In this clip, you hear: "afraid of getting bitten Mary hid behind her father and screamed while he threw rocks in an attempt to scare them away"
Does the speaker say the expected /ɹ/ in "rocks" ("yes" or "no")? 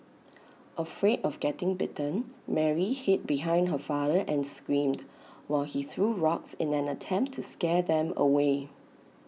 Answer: yes